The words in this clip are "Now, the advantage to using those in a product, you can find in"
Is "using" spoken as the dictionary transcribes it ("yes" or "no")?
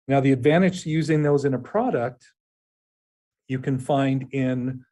yes